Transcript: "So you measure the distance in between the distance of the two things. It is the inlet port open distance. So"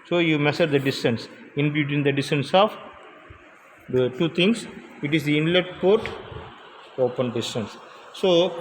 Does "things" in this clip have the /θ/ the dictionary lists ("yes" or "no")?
no